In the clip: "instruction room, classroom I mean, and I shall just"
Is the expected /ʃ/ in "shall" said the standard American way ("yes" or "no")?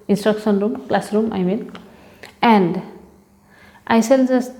no